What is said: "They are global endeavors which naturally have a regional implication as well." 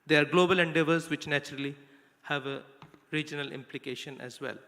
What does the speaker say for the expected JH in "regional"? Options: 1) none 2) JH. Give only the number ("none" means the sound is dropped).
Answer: 2